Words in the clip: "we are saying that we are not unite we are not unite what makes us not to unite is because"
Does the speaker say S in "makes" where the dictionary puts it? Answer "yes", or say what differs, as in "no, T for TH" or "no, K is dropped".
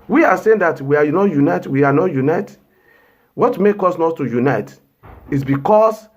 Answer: no, S is dropped